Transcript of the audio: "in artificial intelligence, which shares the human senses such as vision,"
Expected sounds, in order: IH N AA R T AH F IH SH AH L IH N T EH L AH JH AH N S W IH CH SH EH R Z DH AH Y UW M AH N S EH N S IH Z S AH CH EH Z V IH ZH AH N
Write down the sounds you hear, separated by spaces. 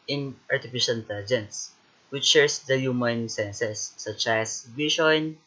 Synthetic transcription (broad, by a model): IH N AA R T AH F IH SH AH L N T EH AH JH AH N S W IH CH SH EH R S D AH Y UW M AH N S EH N S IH S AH CH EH S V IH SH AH N